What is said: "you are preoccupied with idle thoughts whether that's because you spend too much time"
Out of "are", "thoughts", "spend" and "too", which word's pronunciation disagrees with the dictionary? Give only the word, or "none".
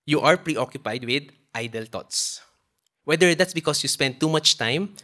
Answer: thoughts